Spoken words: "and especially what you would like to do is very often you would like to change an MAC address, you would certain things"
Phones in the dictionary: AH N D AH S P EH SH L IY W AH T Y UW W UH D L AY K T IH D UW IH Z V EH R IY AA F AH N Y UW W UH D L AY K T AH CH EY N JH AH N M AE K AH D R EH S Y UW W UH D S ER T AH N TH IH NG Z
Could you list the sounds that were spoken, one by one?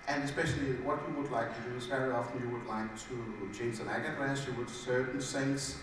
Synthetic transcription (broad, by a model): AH N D AH S P EH SH L IY W AH T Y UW W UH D L AY K T IH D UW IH S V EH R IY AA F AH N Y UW W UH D L AY K T AH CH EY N Z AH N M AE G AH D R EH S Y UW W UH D S ER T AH N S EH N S